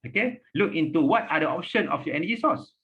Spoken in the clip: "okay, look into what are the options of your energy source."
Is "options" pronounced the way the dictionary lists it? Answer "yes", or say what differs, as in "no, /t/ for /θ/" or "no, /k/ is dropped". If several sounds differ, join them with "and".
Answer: no, /z/ is dropped